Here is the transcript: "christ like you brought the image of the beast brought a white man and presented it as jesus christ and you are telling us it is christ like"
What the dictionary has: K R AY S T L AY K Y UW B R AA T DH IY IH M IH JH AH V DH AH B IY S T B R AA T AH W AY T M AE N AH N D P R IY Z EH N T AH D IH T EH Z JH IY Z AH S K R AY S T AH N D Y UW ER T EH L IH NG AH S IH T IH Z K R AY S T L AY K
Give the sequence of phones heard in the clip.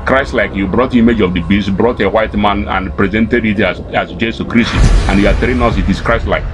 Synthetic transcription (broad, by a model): K R AY S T L AY K Y UW B R AA T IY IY M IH JH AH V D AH B IY S T B R AA T AH W AY T M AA N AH N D P R IY Z EH N T AH D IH T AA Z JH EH S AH K R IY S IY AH N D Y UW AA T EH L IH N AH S IH T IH S K R AY S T L AY K